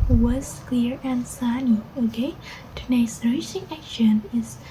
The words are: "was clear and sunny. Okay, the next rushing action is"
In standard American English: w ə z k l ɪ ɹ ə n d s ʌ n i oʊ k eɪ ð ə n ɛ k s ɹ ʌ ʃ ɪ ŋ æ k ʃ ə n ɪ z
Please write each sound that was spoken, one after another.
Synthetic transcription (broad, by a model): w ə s k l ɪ ɹ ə n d s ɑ n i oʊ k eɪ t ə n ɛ s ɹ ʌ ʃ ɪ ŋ æ k ʃ ə n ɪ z